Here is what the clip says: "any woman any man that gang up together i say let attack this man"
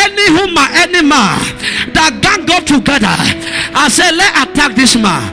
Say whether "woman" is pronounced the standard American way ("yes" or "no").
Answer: no